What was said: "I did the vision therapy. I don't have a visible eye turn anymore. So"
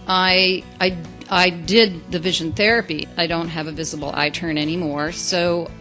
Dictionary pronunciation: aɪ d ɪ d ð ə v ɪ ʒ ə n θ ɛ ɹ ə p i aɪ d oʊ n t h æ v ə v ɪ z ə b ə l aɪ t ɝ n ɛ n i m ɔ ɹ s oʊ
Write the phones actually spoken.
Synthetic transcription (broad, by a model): aɪ d ɪ d ð ə v ɪ ʒ ə n θ ɛ ɹ ə p i aɪ d oʊ n t h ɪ v ə v ɪ z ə b l aɪ t ɝ n ɛ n i m ɔ ɹ s oʊ